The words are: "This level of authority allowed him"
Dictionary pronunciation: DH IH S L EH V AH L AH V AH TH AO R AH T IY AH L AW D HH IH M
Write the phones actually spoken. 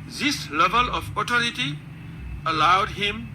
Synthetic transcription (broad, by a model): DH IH S L EH V AH L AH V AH T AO R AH T IY AH L AW D HH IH M